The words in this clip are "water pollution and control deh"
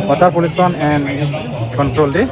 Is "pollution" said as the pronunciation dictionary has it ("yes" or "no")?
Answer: no